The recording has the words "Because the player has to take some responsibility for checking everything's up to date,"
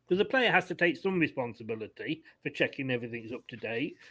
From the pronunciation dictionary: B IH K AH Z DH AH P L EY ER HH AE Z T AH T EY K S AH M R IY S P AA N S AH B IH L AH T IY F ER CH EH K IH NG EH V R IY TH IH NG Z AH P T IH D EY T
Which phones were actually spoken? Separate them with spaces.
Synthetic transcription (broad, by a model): K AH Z DH AH P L EY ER HH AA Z T AH T EY K S AH M R IY S P AA N S AH B IH L AH T IY F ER CH EH K IH NG EH V R IY TH IH NG Z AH P T IH D EY T